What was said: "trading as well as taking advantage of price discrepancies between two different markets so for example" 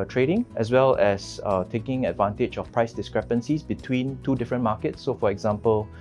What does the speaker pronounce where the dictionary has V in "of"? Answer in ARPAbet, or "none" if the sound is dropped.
F